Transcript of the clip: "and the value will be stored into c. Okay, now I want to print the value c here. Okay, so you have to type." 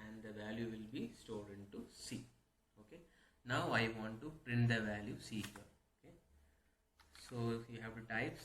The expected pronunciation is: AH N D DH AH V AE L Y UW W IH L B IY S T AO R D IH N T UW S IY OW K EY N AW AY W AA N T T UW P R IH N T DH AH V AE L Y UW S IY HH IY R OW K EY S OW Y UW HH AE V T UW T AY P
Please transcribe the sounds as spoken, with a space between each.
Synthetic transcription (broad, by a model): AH N D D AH V AE L Y UW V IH L B IY S T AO L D IH N T UW S IY OW K EY N AW AY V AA N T T UW P R IH N T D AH V AE L Y UW S IY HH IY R OW K EY S OW Y UW HH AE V T UW T AY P